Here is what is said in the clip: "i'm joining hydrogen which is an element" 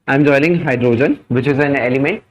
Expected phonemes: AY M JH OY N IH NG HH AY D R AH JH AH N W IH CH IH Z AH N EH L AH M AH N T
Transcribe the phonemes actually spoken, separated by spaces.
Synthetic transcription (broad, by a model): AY M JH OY L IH NG HH AY D R AH JH AH N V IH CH IH Z AH N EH L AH M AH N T